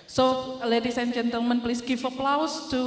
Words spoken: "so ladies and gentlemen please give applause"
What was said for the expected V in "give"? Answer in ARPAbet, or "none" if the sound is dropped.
F